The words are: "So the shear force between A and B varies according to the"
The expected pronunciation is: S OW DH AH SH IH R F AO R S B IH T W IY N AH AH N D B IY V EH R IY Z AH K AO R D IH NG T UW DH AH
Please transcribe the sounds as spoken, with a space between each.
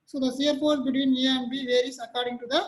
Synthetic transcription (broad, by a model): S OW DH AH S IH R P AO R B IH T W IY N AH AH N B IY V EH R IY S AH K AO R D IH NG T UW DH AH